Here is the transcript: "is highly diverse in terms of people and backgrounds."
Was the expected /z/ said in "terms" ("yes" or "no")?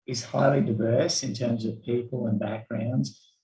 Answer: yes